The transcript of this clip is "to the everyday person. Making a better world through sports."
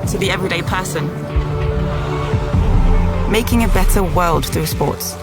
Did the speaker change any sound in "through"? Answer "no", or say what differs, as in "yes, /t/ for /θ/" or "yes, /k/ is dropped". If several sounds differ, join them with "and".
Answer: no